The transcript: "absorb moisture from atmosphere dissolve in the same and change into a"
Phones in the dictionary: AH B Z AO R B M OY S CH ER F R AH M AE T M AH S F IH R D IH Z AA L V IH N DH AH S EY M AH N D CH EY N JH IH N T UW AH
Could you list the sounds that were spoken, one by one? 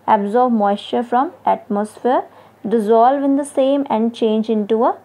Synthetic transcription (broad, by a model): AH B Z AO R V M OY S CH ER F R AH M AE T M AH S F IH R D IH Z AA L V IH N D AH S EY M AH N D CH EY N JH IH N T UW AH